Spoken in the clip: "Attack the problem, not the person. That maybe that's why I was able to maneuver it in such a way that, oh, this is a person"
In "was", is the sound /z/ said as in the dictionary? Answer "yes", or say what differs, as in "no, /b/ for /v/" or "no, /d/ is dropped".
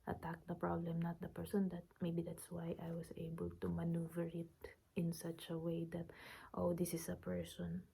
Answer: no, /s/ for /z/